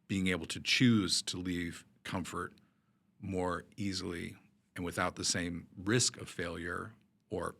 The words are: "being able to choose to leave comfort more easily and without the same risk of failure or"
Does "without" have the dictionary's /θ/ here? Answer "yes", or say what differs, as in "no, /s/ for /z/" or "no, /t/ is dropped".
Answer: yes